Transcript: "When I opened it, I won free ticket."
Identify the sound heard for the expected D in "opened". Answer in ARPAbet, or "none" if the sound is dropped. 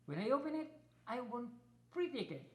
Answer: none